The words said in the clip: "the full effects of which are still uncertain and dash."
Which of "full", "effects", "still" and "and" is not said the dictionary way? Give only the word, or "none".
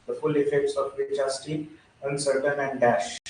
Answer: still